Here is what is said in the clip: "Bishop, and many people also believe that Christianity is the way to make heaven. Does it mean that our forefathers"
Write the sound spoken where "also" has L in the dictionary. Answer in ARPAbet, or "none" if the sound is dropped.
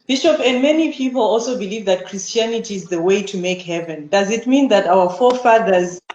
L